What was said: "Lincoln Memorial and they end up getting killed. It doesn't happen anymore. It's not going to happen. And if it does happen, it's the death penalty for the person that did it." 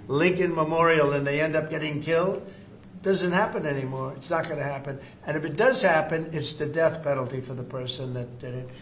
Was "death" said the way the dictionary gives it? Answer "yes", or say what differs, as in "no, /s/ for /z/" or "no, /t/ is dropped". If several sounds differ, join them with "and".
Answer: yes